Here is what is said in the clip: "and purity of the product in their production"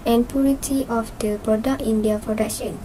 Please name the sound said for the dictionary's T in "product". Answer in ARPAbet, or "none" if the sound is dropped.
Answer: none